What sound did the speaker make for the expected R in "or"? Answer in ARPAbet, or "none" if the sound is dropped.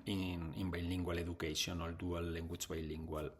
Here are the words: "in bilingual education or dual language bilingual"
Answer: L